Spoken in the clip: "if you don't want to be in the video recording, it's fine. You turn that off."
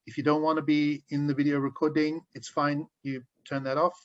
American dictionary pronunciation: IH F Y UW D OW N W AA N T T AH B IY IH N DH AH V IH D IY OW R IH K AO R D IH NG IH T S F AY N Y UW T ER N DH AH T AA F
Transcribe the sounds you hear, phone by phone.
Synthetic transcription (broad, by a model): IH F Y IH D OW N W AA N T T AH B IY IH N DH AH V IH D IY OW R IH K AO R D IH NG IH T S F AY N Y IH T ER N DH AH T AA F